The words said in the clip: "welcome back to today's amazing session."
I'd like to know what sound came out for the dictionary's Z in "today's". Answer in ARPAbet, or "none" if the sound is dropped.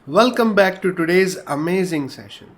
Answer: Z